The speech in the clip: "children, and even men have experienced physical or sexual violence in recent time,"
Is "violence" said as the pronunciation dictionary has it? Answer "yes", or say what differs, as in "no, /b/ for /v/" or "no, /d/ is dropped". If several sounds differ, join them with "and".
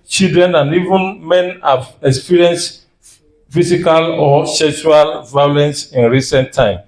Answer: yes